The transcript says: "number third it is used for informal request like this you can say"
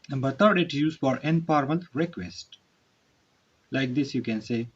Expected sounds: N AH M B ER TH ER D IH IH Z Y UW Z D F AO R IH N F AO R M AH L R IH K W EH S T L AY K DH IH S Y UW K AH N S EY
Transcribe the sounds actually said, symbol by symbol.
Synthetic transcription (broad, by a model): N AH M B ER T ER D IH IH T Y UW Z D F AO R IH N P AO R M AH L R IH K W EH S T L AY K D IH S Y UW K AH N S EY